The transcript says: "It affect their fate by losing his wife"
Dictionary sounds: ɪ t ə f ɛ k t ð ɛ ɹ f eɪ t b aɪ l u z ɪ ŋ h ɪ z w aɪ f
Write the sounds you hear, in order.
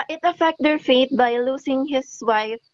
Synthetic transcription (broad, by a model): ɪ t ə f ɛ k t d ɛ ɹ f eɪ t b aɪ l u s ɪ ŋ h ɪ s w aɪ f